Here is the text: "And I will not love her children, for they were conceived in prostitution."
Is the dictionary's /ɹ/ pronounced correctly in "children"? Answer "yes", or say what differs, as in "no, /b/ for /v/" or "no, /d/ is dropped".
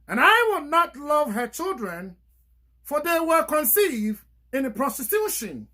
yes